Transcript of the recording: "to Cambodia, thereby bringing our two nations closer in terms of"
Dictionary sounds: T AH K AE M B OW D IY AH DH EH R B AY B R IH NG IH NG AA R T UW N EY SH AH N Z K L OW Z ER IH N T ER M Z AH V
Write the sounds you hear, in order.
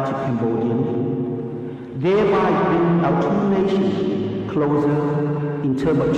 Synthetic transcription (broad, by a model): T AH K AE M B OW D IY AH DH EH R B AY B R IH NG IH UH T UW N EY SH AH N K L OW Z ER IH N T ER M AH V